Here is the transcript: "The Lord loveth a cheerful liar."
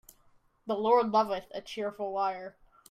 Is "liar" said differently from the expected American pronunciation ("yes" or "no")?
yes